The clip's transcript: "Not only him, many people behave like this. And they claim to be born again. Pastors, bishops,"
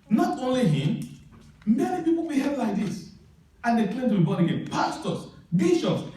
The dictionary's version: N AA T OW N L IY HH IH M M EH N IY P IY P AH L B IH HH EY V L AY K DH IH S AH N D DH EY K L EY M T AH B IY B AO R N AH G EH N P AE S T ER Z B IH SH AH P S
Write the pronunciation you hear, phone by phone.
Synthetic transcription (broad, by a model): N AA T OW N L IY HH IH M M EH N IY P IY P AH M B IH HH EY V L AY K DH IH S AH N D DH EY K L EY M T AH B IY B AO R AH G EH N P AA S T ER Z B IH SH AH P S